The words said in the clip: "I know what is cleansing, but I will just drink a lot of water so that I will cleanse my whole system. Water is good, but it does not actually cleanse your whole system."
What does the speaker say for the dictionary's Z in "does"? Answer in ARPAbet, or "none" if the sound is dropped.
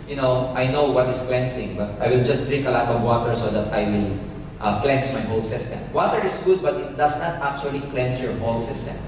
S